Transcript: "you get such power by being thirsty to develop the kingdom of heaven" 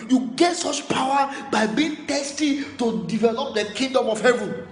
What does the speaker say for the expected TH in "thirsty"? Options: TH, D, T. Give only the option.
T